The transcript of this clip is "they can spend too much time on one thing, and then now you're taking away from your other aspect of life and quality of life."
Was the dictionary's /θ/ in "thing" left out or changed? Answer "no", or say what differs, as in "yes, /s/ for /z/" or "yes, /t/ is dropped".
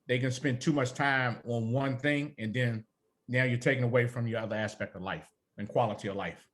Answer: no